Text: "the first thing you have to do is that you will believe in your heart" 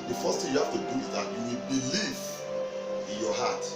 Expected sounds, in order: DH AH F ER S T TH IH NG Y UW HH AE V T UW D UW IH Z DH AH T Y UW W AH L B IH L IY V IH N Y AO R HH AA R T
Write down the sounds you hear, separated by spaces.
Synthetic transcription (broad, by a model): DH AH F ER S T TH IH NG Y UW HH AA F T UW D UW IH Z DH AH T Y UW W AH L B IH L IY V IH N Y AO HH AA T